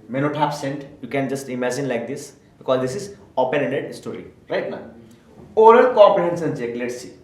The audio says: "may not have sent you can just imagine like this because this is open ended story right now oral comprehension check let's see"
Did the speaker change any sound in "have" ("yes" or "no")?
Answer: yes